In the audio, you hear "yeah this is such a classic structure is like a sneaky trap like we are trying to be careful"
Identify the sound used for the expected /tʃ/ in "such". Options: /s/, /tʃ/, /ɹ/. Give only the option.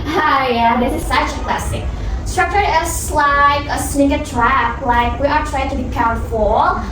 /tʃ/